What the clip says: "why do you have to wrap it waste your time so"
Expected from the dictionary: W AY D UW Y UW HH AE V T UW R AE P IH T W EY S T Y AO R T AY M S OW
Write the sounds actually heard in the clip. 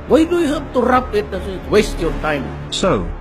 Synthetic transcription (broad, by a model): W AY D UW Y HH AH B T UW R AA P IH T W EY S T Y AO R T AY M S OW